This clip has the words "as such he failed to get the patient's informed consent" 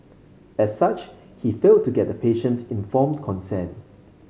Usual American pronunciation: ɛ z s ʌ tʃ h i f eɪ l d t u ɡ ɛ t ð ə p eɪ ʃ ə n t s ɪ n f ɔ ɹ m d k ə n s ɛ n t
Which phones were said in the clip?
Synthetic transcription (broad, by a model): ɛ s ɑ tʃ h i f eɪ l t u ɡ ɛ t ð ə p eɪ ʃ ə n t s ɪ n f ɔ m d k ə n s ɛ n